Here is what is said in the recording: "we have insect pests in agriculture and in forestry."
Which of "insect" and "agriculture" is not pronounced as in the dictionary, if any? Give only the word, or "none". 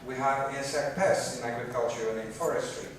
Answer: insect